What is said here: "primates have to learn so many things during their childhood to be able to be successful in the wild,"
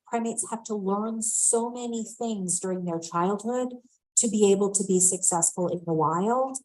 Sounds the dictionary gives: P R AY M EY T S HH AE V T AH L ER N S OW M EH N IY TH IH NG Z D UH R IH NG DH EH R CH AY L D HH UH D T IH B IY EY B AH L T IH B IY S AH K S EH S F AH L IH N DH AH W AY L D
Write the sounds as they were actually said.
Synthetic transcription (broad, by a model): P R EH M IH T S HH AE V T AH L ER N S OW M EH N IY TH IH NG Z D UH R IH NG DH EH R CH AY L D HH UH D T IH B IY EY B L T IH B IY S AH K S EH S F AH L IH N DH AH W AY L